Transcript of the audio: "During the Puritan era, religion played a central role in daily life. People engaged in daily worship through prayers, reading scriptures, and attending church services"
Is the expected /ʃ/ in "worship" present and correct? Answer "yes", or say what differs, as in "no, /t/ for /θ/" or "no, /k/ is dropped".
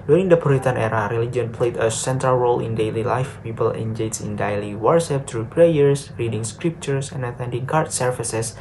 no, /s/ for /ʃ/